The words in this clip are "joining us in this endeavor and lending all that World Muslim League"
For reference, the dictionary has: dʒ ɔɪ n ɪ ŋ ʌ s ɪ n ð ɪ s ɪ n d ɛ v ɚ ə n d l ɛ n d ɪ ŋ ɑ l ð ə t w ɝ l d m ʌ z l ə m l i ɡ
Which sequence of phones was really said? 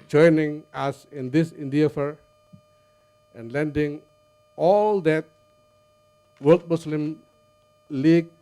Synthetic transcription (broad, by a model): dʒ ɔɪ n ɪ ŋ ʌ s ɪ n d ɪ s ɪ n d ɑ f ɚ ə n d l ɛ n d ɪ ŋ ɑ l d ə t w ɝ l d m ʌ s l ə m l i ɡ